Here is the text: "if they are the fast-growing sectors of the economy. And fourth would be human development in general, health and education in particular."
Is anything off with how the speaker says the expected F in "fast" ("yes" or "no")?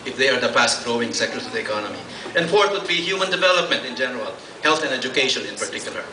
yes